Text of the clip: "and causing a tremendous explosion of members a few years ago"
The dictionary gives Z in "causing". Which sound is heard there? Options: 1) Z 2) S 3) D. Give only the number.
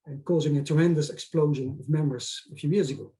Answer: 1